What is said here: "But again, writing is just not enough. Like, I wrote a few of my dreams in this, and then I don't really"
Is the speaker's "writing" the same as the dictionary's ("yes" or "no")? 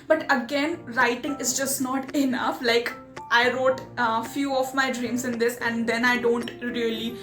yes